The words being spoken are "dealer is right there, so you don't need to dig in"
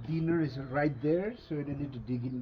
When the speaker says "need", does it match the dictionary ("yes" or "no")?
no